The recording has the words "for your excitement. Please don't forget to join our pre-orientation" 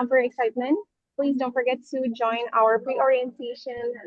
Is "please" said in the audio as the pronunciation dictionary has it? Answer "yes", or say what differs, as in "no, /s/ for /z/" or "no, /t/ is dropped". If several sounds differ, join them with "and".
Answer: yes